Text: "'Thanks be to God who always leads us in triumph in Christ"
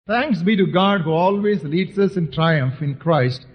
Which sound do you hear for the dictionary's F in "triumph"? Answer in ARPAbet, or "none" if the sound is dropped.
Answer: F